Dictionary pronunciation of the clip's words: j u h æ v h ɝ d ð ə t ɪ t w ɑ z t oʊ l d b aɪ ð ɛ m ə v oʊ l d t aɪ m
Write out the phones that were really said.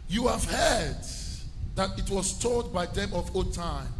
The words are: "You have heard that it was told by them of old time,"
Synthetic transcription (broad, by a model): j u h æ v h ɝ d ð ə t ɪ t w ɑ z t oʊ d b aɪ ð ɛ m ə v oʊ t aɪ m